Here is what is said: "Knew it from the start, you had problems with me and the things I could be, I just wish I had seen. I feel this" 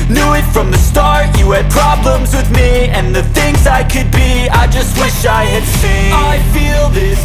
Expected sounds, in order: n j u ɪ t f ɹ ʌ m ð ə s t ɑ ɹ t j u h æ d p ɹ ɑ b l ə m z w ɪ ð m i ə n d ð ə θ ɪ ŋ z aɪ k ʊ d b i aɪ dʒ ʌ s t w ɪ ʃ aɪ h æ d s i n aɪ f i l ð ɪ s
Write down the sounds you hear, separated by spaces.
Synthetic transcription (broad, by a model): n j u ɪ t f ɹ ʌ m ð ə s t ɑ ɹ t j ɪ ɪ d p ɹ ɑ b l ə m z w ɪ ð m i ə n ð ə θ ɪ ŋ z aɪ k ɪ d b i aɪ dʒ ʌ s t w ɪ ʃ aɪ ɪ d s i aɪ f i l ð ɪ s